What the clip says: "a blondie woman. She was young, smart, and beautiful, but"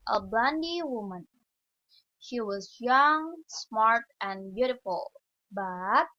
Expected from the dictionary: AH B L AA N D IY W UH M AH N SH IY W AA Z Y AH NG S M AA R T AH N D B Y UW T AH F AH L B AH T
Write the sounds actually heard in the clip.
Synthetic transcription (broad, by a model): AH B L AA N D IY W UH M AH N SH IY W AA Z Y AH NG S M AA R T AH N B Y UW T AH F AH L B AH T